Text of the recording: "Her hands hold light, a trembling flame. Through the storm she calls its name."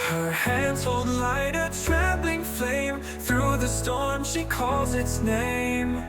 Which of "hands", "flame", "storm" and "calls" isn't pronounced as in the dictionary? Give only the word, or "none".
none